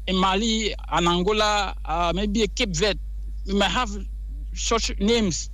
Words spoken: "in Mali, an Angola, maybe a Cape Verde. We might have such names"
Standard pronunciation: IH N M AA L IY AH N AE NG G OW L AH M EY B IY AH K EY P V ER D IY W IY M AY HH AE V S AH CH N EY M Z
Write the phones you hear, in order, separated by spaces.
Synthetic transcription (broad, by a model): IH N M AA L IY AH N AE NG G OW L AH M EY B IY AH K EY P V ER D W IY M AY HH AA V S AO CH N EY M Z